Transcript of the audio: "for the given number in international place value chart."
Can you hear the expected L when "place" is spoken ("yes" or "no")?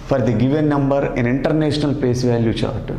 no